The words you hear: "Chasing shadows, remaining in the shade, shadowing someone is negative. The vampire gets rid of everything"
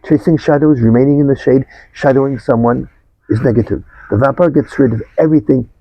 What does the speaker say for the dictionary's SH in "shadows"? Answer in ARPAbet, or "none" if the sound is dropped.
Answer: SH